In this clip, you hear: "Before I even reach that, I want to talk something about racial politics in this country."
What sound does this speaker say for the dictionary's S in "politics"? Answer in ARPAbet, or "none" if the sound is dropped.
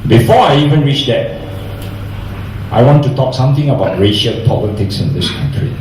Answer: S